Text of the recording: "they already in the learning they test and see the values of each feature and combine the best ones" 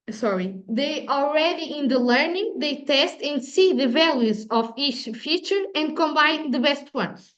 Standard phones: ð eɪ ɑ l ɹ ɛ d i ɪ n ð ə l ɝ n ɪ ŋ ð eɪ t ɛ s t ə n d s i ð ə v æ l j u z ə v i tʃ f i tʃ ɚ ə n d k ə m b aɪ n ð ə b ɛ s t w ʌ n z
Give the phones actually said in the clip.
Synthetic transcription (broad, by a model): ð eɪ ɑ l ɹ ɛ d i ɪ n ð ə l ɝ n ɪ ŋ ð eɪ t ɛ s t ə n d s i ð ə v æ l j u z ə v i tʃ f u tʃ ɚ ə n d k ə m b aɪ n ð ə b ɛ s t w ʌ n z